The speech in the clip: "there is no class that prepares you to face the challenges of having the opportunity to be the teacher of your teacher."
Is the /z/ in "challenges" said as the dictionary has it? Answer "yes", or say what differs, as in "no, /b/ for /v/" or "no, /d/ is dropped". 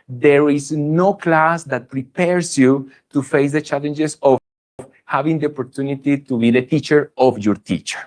no, /s/ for /z/